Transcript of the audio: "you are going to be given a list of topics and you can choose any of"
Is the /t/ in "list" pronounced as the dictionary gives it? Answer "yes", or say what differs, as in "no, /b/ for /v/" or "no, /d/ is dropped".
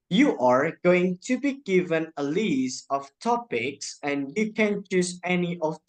no, /t/ is dropped